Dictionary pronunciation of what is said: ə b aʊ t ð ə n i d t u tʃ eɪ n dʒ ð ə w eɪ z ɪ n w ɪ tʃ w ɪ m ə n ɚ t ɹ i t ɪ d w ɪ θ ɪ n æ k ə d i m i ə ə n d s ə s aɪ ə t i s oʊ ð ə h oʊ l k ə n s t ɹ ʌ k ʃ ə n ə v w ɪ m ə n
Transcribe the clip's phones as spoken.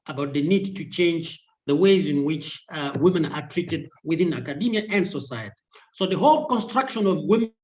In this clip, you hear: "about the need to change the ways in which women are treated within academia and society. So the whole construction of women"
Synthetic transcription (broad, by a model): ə b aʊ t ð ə n i d t u tʃ eɪ n dʒ ð ə w eɪ z ɪ n w ɪ tʃ w ɪ m ə n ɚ t ɹ i t ɪ d w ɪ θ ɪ n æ k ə d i m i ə ə n d s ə s aɪ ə t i s oʊ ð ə h oʊ l k ə n s t ɹ ʌ k ʃ ə n ə v w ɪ m